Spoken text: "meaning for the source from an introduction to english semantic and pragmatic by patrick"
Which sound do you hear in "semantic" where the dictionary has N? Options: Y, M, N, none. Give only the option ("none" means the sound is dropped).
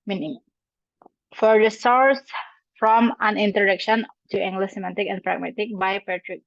none